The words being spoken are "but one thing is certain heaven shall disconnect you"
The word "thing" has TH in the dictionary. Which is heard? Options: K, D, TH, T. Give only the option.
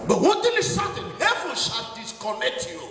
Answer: T